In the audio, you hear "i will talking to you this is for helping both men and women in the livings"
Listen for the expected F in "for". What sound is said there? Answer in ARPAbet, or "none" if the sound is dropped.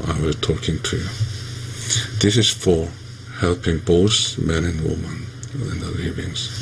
F